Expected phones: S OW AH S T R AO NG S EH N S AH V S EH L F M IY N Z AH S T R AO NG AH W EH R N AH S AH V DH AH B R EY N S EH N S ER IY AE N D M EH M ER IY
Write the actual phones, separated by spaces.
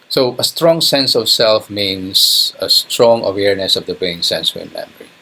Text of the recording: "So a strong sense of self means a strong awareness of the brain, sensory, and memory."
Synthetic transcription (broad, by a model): S OW AH S T R AO NG S EH N S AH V S EH L F M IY N S AH S T R AO NG AH W EH R N AH S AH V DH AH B EY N S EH N S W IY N M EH M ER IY